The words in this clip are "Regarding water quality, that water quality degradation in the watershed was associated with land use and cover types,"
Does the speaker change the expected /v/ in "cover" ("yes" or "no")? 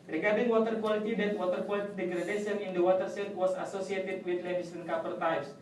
yes